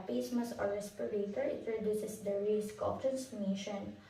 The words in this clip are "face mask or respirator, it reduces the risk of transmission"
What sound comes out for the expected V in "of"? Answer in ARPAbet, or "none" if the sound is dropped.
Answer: P